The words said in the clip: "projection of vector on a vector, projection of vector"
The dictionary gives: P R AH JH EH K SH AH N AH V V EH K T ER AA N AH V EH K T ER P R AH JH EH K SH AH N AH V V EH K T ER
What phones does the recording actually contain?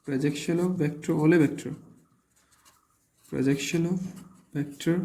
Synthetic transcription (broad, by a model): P R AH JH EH K SH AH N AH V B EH K T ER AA L AH B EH K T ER P R AH JH EH K SH AH N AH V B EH K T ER